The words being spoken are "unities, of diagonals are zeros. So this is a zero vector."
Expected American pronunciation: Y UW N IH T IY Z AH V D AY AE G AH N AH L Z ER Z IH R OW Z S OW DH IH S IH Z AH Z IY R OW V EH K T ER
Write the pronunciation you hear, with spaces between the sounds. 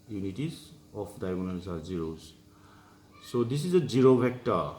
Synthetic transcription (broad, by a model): Y UW N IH T IY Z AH P D AY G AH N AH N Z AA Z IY R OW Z S OW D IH S IH Z AH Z IY R OW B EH K T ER